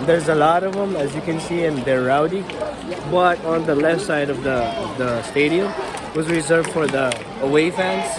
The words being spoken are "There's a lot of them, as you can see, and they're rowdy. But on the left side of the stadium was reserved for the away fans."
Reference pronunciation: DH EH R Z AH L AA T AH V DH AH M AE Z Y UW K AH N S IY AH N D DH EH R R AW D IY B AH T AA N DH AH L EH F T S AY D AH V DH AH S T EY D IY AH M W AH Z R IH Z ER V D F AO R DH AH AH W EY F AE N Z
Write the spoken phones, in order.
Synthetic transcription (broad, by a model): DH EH R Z AH L AA T AH V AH M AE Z Y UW K AH N S IY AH N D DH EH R R AW D IY B AH T AA N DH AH L EH F T S AY D AH V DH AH S T EY D IY AH M W AH Z R IH Z ER V D F AO R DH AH AH W EY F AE N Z